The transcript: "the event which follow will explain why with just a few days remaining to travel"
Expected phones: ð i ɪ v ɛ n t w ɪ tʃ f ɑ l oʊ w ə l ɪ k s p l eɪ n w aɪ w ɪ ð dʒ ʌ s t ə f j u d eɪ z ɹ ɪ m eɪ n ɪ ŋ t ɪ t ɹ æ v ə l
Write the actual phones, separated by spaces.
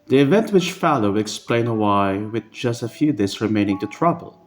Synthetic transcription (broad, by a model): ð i ɪ v ɛ n t w ɪ tʃ f ɑ l oʊ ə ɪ k s p l eɪ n w aɪ w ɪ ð dʒ ʌ s t ə f j u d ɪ s ɹ ɪ m eɪ n ɪ ŋ t ɪ t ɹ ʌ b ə l